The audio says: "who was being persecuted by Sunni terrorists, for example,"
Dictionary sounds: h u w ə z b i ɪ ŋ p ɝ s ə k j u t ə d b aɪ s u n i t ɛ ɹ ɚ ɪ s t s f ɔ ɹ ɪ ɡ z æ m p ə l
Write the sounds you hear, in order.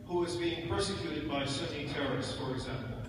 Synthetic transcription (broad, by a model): h u w ə z b i ɪ ŋ p ɝ s ə k j u t ə d b aɪ s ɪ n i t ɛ ɹ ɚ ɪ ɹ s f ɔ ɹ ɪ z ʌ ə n